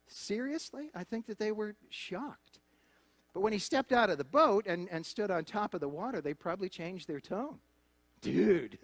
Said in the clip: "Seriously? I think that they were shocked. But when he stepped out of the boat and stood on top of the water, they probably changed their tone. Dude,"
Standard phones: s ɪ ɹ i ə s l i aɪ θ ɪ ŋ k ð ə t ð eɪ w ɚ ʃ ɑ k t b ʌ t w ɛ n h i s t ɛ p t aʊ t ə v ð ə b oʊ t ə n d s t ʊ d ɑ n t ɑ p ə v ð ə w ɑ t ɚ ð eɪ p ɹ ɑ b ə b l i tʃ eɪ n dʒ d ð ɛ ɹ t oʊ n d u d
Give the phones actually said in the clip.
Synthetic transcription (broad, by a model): s ɪ ɹ i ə s l i aɪ θ ɪ ŋ k ð ə t ð eɪ w ɚ ʃ ɑ k t b ʌ t w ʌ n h i s t ɛ p t aʊ t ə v ð ə b oʊ t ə n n s t ʊ d n t ɑ p ə v ð ə w ɑ t ɚ ð eɪ p ɹ ɑ b ə b l i tʃ eɪ n dʒ ð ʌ ɹ t oʊ n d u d